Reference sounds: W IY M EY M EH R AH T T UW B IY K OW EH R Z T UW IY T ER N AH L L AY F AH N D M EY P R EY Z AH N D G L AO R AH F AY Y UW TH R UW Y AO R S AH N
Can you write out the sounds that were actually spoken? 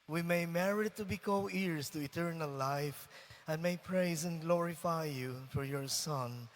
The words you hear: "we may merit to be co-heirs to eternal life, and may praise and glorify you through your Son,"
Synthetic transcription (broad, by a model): W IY M EY M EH R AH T T UW B IY K OW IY R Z T UW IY T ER N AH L L AY F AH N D M EY P R EY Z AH N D G L AO R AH F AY Y UW F R Y AO R S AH N